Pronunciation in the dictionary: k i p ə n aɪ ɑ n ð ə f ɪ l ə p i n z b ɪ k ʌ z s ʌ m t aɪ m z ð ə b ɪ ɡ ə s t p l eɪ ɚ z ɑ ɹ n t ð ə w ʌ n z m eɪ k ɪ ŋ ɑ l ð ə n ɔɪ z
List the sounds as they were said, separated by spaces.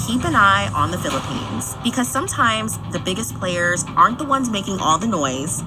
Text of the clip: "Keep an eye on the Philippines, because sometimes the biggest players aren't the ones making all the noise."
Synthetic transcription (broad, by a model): k i p ə n aɪ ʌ n ð ə f ɪ l ə p i n z b ɪ k ʌ z s ʌ m t aɪ m z ð ə b ɪ ɡ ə s p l eɪ ɚ z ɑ ɹ n ð ə w ʌ n z m eɪ k ɪ ŋ ɑ l ð ə n ɔɪ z